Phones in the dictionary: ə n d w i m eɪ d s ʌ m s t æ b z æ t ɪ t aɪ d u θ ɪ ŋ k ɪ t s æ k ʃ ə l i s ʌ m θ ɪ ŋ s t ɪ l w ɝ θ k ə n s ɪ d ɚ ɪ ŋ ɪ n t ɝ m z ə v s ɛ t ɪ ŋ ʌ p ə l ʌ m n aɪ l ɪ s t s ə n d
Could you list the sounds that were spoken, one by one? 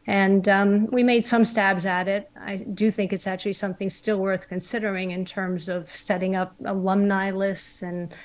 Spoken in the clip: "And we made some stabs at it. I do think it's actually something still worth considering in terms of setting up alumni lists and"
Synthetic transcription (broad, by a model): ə n w i m eɪ d s ʌ m s t æ b z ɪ t ɪ t aɪ d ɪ θ ɪ ŋ k ɪ t s æ k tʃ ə l i s ʌ m θ ɪ ŋ s t ɪ l w ɝ θ k ə n s ɪ d ɚ ɪ ŋ ɪ n t ɝ m z ə v s ɛ t ɪ ŋ ʌ p ə l ʌ m n aɪ l ɪ s t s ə n